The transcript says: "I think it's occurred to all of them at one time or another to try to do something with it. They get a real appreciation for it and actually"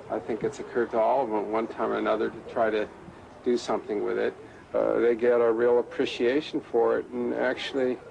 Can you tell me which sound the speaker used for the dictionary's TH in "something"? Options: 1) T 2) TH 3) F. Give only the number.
2